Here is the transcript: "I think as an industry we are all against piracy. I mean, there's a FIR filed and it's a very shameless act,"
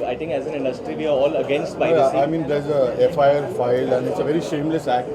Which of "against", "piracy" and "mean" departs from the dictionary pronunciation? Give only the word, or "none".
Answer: piracy